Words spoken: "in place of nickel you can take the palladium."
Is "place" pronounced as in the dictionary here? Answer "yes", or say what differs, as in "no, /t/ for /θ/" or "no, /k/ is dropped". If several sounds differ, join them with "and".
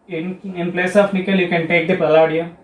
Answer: yes